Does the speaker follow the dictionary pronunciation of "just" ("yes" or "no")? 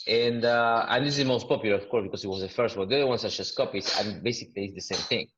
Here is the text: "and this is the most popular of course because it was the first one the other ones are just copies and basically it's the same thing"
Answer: no